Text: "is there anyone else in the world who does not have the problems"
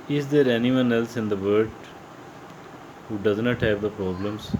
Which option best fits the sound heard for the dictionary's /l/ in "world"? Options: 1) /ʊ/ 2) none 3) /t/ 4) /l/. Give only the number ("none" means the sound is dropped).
2